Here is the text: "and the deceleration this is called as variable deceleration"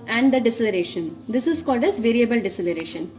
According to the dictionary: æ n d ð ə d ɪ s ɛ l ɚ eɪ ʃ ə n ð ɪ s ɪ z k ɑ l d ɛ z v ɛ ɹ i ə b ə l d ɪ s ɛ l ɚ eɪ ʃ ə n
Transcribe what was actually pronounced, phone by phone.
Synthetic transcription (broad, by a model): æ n d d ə d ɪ s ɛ l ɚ eɪ ʃ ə n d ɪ s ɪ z k ɑ l d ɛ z v ɛ ɹ i ə b ə l d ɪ s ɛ l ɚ eɪ ʃ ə n